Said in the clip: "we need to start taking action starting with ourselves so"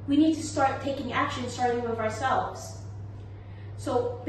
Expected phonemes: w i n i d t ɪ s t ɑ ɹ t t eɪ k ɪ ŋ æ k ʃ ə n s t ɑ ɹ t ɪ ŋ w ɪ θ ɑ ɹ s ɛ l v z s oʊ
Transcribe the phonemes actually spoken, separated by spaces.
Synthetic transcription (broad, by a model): w i n i d t ɪ s t ɑ ɹ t t eɪ k ɪ ŋ æ k ʃ ə n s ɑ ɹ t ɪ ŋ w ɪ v ɑ ɹ s ɛ l v z s oʊ